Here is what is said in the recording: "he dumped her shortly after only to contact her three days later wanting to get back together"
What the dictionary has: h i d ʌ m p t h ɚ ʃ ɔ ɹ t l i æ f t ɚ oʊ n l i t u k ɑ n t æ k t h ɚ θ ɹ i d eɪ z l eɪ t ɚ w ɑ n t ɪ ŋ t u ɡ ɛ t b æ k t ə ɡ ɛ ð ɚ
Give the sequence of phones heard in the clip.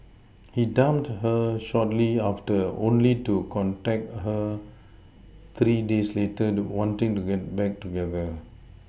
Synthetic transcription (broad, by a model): h i d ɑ m t h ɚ ʃ ɔ t l i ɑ f t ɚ oʊ n l i t u k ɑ n t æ k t h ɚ t ɹ i d eɪ s l eɪ t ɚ w ɑ n t ɪ ŋ t u ɡ ɛ t b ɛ k t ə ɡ ɛ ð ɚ